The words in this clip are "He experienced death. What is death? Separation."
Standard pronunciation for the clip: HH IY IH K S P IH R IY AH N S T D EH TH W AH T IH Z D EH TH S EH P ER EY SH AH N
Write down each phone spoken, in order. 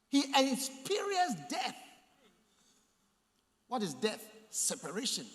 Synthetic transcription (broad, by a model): HH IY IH S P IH R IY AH S D EH TH W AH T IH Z D EH TH S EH P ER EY SH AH N